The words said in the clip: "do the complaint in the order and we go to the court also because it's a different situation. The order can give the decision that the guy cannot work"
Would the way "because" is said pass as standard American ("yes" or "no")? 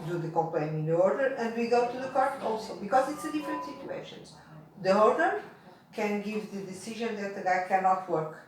yes